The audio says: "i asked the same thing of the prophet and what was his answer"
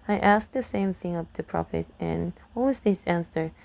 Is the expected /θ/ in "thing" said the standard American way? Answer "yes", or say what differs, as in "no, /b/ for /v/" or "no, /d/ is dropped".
yes